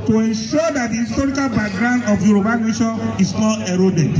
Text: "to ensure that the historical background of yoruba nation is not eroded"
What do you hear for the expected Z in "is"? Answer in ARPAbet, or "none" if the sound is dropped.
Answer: S